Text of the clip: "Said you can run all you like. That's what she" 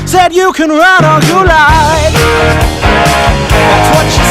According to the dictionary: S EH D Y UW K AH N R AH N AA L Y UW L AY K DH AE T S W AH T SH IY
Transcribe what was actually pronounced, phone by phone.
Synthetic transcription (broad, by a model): S EH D Y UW K AH N R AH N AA N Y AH L AY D DH AE T S W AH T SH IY